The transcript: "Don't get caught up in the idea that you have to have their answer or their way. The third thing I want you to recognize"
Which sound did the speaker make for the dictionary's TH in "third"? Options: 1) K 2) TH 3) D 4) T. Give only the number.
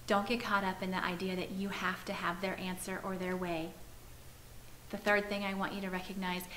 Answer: 2